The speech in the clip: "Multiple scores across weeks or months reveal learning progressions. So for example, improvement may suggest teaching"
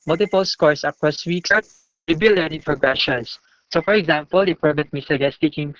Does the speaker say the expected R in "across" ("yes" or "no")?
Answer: no